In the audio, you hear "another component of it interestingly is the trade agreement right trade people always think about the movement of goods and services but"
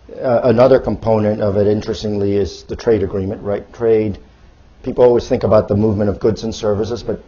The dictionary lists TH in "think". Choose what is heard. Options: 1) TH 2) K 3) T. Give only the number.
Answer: 1